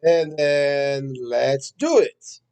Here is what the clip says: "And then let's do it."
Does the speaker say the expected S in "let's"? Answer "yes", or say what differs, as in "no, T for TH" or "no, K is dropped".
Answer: yes